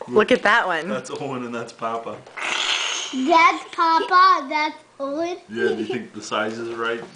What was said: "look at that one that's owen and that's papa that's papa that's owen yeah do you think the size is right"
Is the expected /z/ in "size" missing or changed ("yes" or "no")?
no